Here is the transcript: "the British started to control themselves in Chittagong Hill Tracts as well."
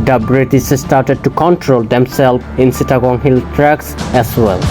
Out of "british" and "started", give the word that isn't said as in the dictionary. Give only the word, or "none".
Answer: british